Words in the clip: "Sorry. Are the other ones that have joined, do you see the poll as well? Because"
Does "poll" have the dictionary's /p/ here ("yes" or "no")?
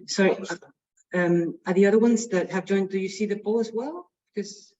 no